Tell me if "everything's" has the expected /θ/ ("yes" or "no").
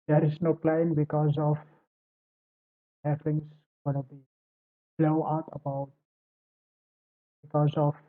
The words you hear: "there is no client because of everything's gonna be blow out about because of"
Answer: no